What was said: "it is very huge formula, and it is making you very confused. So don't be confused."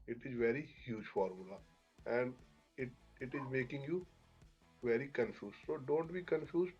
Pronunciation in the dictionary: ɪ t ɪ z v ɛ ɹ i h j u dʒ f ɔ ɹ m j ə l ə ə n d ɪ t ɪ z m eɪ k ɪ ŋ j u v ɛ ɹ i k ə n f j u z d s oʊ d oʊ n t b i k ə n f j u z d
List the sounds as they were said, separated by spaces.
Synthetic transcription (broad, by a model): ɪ t ɪ z v ɛ ɹ i h j u dʒ f ɔ ɹ m j ə l ə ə n d ɪ t ɪ z m eɪ k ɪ ŋ j u v ɛ ɹ i k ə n f j u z s oʊ d oʊ n t b i k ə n f j u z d